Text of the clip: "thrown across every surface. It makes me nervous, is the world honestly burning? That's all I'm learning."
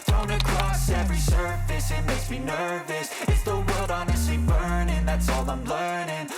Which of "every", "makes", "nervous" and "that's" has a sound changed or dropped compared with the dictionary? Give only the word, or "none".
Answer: makes